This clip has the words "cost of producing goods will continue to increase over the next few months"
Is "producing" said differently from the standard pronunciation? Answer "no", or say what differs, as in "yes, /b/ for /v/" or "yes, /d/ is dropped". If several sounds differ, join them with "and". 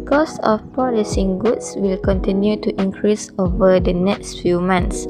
yes, /ɹ/ is dropped